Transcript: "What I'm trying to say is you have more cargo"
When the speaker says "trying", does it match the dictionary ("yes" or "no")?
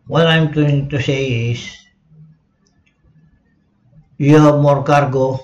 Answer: no